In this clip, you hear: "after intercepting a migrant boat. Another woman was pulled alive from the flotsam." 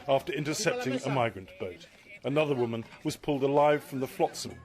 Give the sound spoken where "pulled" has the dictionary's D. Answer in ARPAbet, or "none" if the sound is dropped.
D